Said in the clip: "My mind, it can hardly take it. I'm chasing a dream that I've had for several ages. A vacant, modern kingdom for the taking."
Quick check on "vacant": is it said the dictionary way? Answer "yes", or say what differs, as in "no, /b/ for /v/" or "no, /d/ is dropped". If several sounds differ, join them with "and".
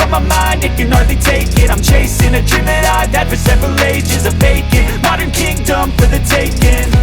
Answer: no, /b/ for /v/